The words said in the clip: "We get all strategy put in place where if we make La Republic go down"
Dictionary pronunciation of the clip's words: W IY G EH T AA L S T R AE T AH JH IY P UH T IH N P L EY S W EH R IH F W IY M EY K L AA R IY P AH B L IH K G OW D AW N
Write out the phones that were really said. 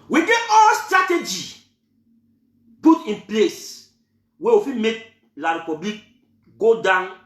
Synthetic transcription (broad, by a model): W IY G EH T AA L S T R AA T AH JH IY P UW T IH N P L EY S W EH W IH F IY M EY K L AA R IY P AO B L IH K G OW D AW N